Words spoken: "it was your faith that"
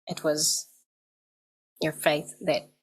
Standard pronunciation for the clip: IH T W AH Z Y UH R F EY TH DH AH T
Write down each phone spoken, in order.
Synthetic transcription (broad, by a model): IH T W AH Z Y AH R F EY TH DH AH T